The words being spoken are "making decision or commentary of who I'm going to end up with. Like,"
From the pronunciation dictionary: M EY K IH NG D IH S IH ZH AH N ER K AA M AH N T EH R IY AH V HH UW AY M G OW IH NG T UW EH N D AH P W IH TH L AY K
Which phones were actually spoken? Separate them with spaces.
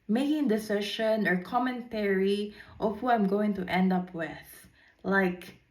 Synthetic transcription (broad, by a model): M EY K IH NG D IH S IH SH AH N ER K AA M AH N T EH R IY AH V HH UW AY M G OW IH NG T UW EH N D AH P W IH TH L AY K